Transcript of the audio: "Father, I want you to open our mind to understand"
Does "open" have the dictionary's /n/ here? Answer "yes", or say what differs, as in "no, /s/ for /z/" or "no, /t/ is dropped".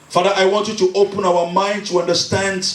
yes